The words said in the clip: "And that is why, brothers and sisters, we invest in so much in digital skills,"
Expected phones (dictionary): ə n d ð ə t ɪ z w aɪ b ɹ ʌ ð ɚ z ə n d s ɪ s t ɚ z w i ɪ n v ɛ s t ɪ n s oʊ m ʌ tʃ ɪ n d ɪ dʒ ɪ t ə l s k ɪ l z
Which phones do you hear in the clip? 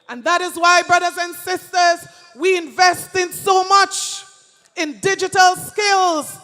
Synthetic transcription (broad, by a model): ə n ð ə t ɪ z w aɪ b ɹ ʌ ð ɚ z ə n s ɪ s t ɚ z w i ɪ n v ɛ s t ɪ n s oʊ m ʌ tʃ ɪ n d ɪ dʒ ɪ t ə l s k ɪ l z